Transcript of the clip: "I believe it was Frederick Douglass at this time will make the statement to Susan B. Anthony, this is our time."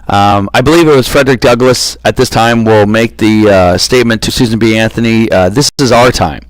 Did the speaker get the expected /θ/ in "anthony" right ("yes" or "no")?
yes